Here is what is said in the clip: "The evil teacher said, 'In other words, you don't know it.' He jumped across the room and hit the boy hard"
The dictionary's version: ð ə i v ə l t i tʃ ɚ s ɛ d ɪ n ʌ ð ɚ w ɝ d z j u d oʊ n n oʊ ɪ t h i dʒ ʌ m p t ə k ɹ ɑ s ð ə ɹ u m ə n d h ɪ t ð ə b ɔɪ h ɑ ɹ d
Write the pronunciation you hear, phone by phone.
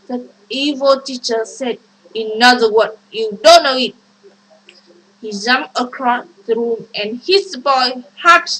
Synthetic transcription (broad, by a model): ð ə i v ə l t i tʃ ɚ s ɛ d ɪ n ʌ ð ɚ w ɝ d j u d oʊ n n oʊ ɪ t h i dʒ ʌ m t ə k ɹ ɑ s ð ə ɹ u m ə n h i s b ɔɪ h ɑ